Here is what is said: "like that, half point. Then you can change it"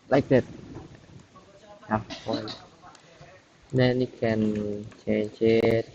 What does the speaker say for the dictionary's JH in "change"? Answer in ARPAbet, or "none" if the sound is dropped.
CH